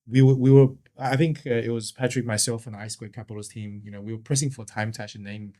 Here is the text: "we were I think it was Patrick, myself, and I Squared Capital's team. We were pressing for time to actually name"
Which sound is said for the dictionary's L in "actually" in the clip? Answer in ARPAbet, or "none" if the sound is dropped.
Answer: none